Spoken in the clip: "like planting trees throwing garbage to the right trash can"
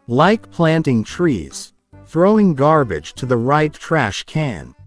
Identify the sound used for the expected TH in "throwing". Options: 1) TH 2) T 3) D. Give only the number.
1